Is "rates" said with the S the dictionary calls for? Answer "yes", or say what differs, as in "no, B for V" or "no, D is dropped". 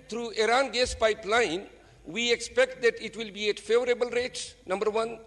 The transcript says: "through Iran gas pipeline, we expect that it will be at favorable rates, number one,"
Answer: no, S is dropped